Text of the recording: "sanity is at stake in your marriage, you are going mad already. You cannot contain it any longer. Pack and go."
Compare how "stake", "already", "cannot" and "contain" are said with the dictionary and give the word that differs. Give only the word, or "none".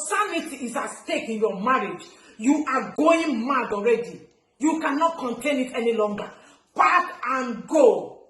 none